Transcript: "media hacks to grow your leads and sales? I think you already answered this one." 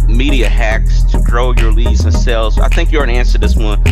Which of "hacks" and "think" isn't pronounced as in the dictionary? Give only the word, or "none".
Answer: none